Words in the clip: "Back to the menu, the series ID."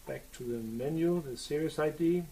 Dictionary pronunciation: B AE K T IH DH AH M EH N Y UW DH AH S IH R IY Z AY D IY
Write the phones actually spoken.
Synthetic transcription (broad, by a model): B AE K T IH DH AH M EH N Y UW DH AH S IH R IY S AY D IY